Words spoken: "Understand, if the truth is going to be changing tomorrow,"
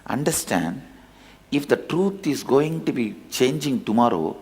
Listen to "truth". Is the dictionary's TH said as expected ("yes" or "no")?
no